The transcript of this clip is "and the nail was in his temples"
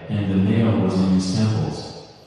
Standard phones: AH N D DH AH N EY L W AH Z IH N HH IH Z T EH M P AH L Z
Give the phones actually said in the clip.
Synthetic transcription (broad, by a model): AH N DH AH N EY L W AH Z IH N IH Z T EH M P L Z